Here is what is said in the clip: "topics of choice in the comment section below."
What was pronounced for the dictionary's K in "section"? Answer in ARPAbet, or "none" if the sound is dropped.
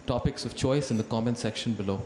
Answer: K